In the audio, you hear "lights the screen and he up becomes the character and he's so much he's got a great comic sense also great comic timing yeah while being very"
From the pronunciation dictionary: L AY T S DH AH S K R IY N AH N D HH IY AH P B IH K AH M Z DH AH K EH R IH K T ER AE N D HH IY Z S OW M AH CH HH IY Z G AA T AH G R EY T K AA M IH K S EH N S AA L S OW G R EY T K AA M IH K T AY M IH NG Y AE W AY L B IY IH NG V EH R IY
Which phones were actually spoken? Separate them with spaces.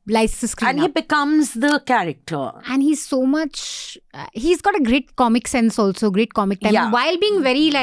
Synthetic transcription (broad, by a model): L AY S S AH S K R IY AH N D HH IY B IH K AH M Z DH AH K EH R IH K T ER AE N D HH IY Z S OW M AH CH HH IY Z G AA T AH G R EY T K AA M IH K S EH N S AA L S OW G R EY T K AA M IH K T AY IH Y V AY L B IY IH NG V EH R IY